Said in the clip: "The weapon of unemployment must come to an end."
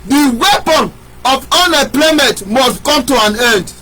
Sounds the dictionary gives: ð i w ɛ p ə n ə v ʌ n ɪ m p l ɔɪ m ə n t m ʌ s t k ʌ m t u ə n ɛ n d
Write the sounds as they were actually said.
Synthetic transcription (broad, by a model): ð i w ɛ p ə n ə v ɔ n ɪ p l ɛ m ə t m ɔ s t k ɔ m t u ə n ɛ n d